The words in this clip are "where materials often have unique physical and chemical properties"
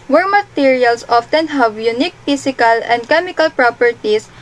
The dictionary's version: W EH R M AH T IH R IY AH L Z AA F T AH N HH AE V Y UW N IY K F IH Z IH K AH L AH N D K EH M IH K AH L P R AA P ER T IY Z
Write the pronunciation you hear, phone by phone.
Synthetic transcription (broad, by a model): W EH R M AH T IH R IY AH L S AA F T AH N HH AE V Y UW N IY K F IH S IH K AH L AH N D K EH M IH K AH L P R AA P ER T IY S